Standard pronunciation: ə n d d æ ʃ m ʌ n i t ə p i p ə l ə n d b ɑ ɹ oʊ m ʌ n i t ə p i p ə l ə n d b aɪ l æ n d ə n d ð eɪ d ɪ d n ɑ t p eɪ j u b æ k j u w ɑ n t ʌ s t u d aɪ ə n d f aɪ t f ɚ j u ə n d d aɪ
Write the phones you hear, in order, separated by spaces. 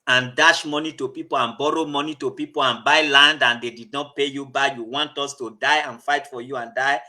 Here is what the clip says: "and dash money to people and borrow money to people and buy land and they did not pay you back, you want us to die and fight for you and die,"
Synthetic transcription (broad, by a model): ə n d d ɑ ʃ m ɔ n i t ə p i p ə l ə n b ɑ ɹ oʊ m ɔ n i t ə p i p ə l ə n b aɪ l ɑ n d ə n d eɪ d ɪ d n ɑ t p eɪ j u b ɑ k j u w ɑ n t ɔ s t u d aɪ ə n f aɪ t f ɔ j u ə n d d aɪ